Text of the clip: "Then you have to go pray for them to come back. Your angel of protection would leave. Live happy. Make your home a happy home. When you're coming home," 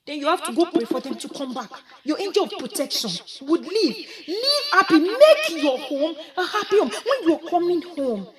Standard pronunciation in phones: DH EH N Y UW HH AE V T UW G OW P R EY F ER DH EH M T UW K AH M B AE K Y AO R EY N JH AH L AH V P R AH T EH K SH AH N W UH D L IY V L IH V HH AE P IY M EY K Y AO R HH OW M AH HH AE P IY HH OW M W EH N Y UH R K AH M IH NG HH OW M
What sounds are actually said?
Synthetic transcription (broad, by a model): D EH N Y UW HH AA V T UW G OW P EY F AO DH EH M T UW K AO M B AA K Y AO EY N JH AH L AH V P R AH T EH K SH AH N W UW D L IY V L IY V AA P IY M EY K Y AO HH OW M AH HH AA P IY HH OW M W EH N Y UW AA K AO M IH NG HH OW M